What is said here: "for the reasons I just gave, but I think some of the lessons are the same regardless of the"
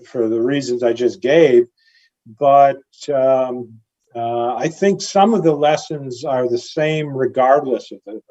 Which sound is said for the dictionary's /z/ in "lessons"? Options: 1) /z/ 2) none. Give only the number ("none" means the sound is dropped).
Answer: 1